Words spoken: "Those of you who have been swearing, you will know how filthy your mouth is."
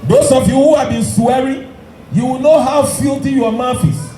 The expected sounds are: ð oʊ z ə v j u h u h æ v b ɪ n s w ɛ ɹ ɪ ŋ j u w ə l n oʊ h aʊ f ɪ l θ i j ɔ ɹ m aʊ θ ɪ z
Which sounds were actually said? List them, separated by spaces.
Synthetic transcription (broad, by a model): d oʊ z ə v j u h u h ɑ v b ɪ n s w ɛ ɹ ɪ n j u w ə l n oʊ h aʊ f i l t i j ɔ m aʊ f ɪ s